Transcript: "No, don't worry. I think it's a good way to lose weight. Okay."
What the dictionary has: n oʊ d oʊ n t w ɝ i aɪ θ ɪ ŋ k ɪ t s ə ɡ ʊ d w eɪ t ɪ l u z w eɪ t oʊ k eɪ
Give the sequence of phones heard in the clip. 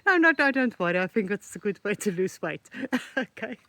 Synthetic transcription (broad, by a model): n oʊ d oʊ n t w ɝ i aɪ θ ɪ ŋ k ɪ t s ə ɡ ʊ d w eɪ t ɪ l u s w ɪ t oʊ k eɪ